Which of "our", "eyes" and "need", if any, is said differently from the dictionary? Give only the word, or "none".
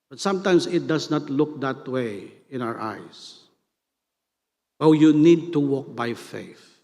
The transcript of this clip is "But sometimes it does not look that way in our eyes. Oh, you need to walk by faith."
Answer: eyes